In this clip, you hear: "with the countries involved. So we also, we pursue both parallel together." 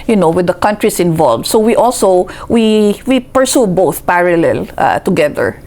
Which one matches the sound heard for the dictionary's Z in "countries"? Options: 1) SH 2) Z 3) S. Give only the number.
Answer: 3